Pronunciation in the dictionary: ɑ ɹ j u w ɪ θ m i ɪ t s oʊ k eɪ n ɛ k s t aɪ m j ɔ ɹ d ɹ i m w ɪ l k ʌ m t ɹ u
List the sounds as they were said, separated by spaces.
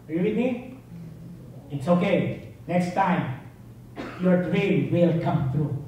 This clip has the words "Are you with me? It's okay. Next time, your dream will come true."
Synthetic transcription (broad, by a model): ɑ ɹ j u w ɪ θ m i ɪ t s oʊ k eɪ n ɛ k s t aɪ m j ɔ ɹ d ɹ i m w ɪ l k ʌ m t ɹ u